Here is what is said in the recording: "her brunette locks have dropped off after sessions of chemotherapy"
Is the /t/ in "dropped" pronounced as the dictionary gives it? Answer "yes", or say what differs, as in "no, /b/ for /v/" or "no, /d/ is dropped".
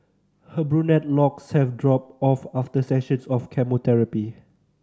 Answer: no, /t/ is dropped